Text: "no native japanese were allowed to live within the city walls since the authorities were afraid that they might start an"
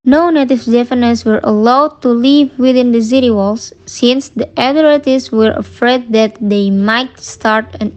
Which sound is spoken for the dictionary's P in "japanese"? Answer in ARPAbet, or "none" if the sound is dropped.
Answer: F